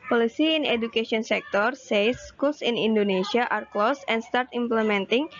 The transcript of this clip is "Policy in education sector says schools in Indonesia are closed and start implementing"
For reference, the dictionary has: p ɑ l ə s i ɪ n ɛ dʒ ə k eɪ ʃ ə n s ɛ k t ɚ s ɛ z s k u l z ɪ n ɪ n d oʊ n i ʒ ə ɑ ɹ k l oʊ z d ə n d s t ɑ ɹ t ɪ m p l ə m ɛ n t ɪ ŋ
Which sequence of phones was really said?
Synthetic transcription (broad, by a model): p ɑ l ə s i ɪ n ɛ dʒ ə k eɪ s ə n s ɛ k t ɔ s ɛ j s k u l s ɪ n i n d oʊ n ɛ s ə ɑ ɹ k l oʊ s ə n s t ɑ ɹ t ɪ m p l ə m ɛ n t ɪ ŋ